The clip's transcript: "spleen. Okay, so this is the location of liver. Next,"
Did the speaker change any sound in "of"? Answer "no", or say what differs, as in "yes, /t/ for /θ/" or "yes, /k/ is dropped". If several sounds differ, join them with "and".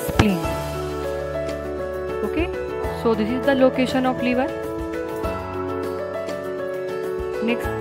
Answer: yes, /p/ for /v/